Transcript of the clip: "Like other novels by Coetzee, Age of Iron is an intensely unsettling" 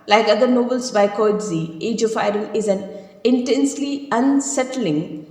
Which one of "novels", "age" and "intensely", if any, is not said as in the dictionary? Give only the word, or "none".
novels